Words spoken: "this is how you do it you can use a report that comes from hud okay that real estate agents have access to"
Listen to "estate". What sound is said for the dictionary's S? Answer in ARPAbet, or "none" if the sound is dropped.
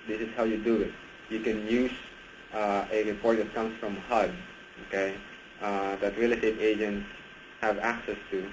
none